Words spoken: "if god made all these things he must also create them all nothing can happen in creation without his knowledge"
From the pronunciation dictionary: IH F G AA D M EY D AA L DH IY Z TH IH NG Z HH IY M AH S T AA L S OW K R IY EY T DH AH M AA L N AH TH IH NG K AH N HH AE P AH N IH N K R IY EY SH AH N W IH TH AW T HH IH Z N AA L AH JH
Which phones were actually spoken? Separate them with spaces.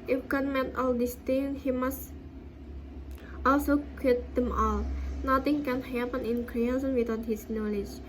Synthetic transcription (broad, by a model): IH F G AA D M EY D AA L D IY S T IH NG HH IY M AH S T AA L S OW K IY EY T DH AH M AA L N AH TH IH NG K AH N HH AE P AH N IH N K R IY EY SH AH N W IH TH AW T HH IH S N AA L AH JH